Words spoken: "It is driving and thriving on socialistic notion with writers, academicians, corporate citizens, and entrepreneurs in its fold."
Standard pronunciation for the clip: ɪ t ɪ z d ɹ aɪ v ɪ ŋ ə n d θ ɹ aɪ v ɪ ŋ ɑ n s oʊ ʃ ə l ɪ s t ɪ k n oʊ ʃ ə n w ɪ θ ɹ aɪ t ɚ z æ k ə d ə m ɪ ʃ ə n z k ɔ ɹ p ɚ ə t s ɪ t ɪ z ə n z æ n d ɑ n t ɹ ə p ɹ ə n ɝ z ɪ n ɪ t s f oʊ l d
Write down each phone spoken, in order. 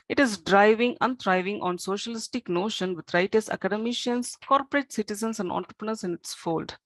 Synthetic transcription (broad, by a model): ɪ t ɪ z d ɹ aɪ v ɪ ŋ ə n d ɹ aɪ v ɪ ŋ ɑ n s oʊ ʃ ə l ɪ s t ɪ k n oʊ ʃ ə n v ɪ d ɹ aɪ t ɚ s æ k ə d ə m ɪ ʃ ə n s k ɔ ɹ p ɚ ə t s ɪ t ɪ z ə n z æ n d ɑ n t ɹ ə p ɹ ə n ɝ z ɪ n ɪ t s f oʊ l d